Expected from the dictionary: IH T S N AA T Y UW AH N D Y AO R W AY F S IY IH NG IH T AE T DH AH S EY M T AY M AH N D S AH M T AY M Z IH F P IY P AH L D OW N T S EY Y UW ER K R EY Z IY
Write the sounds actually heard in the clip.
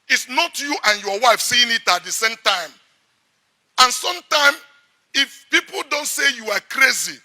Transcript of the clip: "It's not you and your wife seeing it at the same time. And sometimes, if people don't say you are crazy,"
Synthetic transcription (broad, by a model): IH T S N AA T Y UW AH N Y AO W AY F S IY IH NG IH T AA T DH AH S EY M T AY M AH N S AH M T AY M IH F P IY P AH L D OW N T S EY Y UW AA K R EY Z IY